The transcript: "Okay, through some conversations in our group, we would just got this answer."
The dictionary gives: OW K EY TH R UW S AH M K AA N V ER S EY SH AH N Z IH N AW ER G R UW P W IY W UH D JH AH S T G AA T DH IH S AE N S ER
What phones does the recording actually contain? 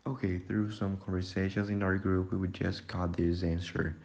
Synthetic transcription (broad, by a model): OW K EY TH R UW S AH M K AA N V ER S EY SH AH N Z IH N AW ER G R UW P W IY W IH D JH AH S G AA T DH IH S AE N S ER